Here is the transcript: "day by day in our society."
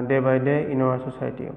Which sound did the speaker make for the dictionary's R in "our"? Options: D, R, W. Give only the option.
W